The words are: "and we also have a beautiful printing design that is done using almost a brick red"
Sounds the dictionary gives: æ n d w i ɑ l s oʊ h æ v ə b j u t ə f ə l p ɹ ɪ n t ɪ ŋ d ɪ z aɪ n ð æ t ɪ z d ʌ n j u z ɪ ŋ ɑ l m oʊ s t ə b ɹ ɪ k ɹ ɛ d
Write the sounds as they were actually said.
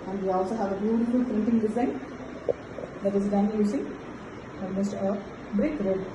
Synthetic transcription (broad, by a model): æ n d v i ɑ l s oʊ h æ v ə b j u t ə f ə l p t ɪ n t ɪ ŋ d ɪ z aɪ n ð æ t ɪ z d ʌ n j u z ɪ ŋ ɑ m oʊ s t ə b ɹ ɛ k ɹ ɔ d